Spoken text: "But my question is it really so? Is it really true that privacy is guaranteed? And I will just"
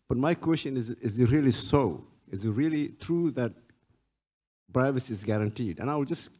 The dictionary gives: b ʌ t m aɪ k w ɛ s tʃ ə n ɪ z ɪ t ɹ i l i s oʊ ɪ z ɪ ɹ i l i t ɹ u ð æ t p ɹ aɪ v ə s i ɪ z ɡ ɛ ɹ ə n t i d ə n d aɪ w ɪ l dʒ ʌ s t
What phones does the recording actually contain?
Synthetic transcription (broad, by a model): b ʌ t m aɪ k w ɛ s tʃ ə n ɪ z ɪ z ɹ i l i s oʊ ɪ z ɪ ɹ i l i t ɹ u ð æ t b ɹ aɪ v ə s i ɪ z ɡ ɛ ɹ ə n t i d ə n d aɪ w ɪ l dʒ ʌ s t